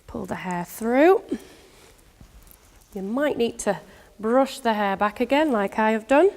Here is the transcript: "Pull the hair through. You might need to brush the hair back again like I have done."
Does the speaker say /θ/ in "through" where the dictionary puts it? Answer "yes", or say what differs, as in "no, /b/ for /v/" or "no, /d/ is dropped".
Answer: yes